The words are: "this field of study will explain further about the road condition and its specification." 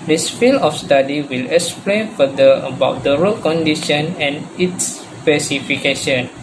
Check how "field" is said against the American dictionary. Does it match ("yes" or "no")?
no